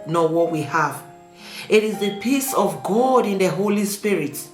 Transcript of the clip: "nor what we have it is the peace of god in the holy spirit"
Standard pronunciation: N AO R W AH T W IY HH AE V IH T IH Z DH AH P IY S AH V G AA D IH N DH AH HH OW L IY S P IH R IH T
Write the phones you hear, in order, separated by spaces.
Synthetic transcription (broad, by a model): N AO W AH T W IY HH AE V IH T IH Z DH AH P IY S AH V G AA D IH N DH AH HH OW L IY S P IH R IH T